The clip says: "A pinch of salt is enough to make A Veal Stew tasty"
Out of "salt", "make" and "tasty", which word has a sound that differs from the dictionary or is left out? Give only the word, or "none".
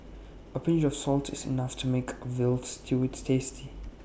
none